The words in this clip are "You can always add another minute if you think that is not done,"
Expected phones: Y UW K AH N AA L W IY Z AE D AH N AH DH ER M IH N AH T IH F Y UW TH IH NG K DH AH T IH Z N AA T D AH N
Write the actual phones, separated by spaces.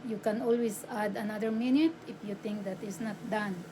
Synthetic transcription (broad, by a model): Y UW K AH N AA L W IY S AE D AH N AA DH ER M IH N AH T IH F Y UW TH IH NG K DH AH T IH S N AA T D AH N